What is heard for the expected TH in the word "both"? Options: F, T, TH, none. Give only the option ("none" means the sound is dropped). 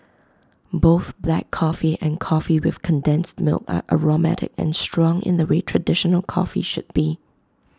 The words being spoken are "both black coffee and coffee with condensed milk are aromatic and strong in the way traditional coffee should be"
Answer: TH